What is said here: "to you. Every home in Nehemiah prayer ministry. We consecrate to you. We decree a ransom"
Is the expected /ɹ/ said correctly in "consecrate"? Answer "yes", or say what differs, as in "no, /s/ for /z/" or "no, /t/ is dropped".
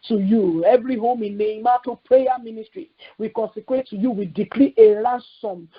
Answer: no, /w/ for /ɹ/